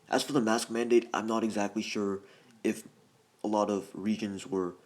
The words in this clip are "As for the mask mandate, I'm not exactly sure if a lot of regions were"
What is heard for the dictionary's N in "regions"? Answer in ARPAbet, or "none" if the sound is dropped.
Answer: N